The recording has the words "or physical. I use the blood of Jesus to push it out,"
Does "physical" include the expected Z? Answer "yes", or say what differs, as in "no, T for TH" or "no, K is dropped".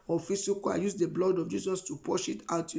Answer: no, S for Z